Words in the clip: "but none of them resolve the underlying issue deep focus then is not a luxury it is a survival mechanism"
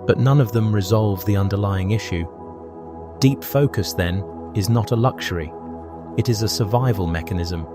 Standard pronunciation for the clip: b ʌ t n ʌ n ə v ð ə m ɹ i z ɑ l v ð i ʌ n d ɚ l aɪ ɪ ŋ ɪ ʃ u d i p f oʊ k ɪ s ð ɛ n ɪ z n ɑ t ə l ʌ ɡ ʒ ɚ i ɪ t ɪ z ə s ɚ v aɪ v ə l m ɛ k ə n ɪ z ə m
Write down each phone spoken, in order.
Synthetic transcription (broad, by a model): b ʌ t n ʌ n ə v ð ə m ɹ i z ɑ l v ð i ʌ n d ɚ l aɪ ɪ ŋ ɪ ʃ u d i p f oʊ k ɪ s ð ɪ n ɪ z n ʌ t ə l ʌ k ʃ ɚ i ɪ t ɪ z ə s ɚ v aɪ v ə l m ɛ k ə n ɪ z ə m